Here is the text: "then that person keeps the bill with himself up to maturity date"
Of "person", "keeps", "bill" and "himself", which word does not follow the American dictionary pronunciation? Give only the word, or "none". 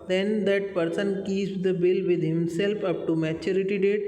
keeps